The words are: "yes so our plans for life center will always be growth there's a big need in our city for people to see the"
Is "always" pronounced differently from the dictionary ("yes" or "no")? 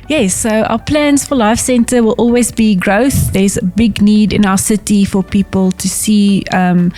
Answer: no